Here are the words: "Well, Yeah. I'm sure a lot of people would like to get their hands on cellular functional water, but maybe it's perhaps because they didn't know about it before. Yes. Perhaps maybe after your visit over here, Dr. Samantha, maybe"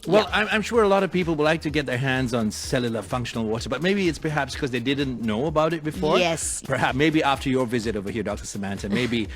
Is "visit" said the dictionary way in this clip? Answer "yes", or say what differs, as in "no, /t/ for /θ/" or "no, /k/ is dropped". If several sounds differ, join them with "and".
yes